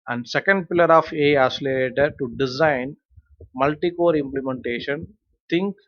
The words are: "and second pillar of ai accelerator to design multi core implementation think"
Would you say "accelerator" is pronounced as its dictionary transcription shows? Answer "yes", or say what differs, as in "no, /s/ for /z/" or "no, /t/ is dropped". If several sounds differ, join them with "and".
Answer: no, /k/ is dropped